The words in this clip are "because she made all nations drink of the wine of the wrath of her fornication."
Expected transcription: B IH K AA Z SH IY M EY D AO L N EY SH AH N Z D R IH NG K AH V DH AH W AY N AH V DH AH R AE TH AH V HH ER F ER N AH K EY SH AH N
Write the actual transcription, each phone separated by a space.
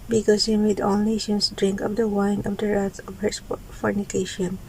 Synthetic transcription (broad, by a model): B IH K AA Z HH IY M EY D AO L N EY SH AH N S D R IH NG K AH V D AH W AY N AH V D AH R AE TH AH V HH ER F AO N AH K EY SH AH N